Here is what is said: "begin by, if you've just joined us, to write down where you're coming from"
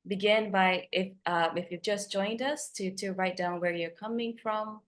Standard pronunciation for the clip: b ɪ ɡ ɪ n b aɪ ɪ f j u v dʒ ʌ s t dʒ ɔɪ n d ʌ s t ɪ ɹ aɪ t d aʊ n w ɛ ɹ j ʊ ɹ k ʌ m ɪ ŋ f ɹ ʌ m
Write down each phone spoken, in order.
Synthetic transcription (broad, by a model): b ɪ ɡ ɪ n b aɪ ɪ f j u v dʒ ʌ s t dʒ ɔɪ n d ʌ s t ɪ ɹ aɪ t d aʊ n w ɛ ɹ j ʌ ɹ k ʌ m ɪ ŋ f ɹ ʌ m